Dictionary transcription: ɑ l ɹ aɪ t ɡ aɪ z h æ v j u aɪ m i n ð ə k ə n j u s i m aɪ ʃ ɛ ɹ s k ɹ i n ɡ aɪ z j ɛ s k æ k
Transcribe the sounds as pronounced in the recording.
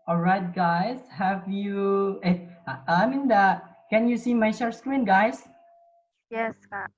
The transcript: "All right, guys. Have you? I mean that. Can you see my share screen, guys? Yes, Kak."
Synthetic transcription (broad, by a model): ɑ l ɹ aɪ t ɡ aɪ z h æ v j u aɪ m i n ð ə k ə n j u s i m aɪ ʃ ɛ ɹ s k ɹ i n ɡ aɪ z j ɛ s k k